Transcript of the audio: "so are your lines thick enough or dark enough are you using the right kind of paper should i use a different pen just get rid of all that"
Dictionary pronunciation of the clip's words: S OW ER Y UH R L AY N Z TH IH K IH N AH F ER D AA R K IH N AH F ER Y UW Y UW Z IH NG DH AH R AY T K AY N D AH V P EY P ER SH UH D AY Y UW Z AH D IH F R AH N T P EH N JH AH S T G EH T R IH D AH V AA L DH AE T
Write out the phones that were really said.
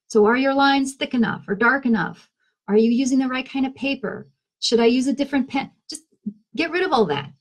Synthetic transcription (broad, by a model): S OW ER Y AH R L AY N Z TH IH K IH N AH F ER D AA R K IH N AH F ER Y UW Y UW Z IH NG DH AH R AY T K AY N D AH V P EY P ER SH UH D AY Y UW Z AH D IH F R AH N P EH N JH AH S T G EH T R IH D AH V AA L DH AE T